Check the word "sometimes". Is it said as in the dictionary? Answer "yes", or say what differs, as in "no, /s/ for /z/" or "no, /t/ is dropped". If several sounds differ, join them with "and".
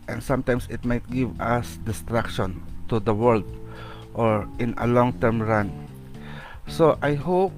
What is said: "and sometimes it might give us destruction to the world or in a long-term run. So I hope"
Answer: no, /s/ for /z/